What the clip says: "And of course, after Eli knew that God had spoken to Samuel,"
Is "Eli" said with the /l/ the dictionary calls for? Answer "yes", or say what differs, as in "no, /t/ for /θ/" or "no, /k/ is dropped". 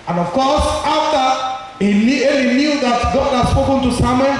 no, /n/ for /l/